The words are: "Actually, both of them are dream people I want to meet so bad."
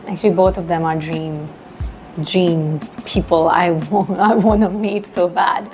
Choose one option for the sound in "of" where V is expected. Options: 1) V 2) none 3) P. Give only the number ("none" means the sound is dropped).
1